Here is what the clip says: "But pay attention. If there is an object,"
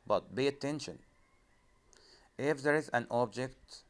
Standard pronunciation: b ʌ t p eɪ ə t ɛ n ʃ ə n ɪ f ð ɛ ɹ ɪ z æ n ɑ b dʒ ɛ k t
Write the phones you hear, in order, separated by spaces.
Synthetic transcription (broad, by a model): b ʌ t b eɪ ə t ɛ n ʃ ə n ɪ f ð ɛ ɹ ɪ z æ n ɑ b dʒ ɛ k t